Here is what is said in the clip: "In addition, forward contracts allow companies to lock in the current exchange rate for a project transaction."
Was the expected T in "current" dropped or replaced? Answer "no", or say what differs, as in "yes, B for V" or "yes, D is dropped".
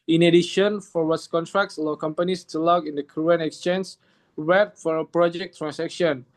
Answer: yes, T is dropped